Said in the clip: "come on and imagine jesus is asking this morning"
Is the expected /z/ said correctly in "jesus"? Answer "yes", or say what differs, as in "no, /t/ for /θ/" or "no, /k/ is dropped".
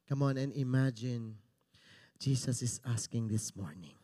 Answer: no, /s/ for /z/